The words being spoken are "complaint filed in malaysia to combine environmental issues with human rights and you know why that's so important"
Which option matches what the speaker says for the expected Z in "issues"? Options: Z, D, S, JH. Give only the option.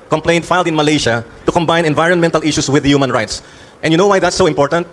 S